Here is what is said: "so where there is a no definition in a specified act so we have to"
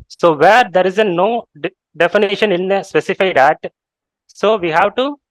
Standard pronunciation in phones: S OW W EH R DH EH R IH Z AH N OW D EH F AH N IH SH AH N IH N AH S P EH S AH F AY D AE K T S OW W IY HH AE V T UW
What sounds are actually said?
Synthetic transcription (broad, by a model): S OW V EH R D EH R IH Z AH N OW D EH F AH N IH SH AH N IH N AH S P EH S AH F AY D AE T S OW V IY HH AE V T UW